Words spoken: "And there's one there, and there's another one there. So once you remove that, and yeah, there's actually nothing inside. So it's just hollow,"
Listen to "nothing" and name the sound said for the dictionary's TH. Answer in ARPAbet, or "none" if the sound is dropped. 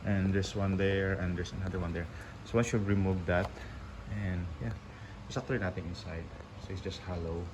T